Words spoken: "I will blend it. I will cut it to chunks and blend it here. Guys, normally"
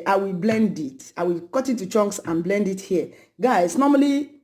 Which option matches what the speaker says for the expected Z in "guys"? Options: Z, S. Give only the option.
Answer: S